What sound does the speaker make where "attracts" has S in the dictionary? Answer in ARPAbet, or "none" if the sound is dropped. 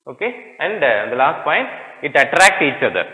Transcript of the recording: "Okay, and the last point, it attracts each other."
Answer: none